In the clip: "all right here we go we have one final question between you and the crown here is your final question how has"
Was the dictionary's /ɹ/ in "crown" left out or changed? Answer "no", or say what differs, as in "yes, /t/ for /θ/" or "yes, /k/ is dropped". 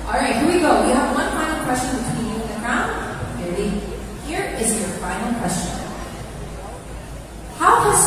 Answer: yes, /ɹ/ is dropped